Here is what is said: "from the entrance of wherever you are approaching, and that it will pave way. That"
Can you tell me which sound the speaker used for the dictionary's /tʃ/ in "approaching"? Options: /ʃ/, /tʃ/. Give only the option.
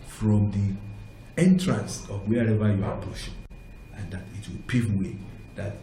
/ʃ/